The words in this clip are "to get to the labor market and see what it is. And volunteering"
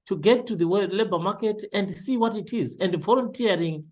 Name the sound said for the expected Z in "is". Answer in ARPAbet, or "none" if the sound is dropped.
Z